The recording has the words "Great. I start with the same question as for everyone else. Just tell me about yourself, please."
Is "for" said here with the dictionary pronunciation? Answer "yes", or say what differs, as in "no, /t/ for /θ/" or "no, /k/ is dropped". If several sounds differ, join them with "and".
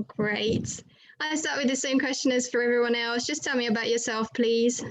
yes